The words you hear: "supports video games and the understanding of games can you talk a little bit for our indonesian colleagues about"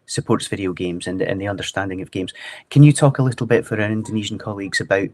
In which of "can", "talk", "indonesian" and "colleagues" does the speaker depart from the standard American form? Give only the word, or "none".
none